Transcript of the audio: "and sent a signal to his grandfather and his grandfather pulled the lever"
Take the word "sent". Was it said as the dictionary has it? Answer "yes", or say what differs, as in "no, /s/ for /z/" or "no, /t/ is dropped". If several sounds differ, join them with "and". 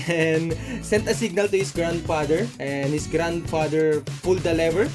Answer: yes